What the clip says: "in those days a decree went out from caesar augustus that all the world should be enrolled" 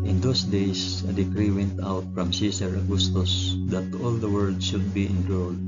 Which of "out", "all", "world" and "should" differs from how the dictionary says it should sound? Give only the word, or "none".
world